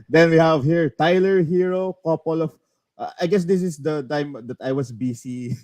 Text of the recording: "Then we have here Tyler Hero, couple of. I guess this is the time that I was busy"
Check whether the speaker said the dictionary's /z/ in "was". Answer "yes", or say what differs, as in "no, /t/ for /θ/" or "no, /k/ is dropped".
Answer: no, /s/ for /z/